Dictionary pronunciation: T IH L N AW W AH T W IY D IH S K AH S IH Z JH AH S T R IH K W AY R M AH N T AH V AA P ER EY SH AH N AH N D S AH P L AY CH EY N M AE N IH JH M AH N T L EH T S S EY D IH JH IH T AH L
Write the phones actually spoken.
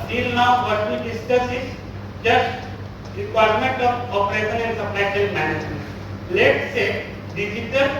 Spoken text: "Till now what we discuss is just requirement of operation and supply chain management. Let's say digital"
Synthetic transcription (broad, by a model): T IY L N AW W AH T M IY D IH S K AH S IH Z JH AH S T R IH K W AY R M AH N T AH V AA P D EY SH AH N AH N D S AH P L AY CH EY L M AE N IH JH M AH N T L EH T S S EY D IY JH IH T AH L